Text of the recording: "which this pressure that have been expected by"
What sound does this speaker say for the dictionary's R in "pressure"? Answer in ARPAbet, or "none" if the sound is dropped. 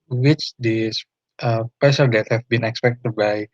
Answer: none